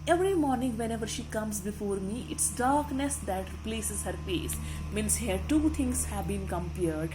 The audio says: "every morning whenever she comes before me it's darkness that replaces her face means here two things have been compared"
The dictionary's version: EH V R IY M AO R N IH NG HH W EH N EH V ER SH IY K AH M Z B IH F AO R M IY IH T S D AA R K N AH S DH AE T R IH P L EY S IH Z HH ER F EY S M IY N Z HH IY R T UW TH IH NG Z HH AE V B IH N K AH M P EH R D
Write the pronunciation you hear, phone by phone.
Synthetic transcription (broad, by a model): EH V R IY M AO R N IH NG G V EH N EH V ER SH IY K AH M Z B IH F AO R M IY IH T S D AA R K N AH S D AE T R IH P L EY S IH Z HH ER F EY S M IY N S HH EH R T UW T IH NG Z HH AE V B IH N K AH M P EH R D